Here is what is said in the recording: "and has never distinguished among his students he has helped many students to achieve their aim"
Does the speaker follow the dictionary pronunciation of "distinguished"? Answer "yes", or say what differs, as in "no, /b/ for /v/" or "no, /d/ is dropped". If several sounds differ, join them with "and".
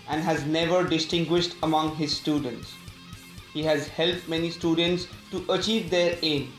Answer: yes